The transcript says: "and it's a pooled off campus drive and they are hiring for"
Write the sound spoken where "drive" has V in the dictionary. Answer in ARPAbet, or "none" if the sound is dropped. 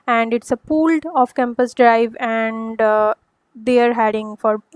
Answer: V